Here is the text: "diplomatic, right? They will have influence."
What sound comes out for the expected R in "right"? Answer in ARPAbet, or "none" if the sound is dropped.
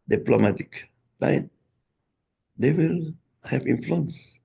L